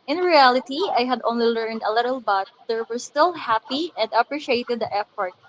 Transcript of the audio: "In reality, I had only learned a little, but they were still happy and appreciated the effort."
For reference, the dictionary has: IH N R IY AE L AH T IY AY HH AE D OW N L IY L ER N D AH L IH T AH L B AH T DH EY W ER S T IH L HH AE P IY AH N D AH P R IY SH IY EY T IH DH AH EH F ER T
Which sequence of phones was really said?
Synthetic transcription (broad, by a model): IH N R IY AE L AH T IY AY HH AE D OW N L IY L ER N D AH L IH T AH L B AH T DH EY W ER S T IH L HH AE P IY AH N D AH P R IY SH IY EY T IH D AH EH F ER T